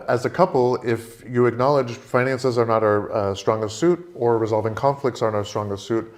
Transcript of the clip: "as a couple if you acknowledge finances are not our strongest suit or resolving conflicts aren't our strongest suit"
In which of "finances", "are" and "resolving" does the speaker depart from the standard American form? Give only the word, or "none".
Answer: none